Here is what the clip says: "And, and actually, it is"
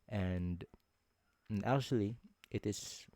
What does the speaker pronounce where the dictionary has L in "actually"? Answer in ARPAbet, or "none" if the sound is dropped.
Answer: L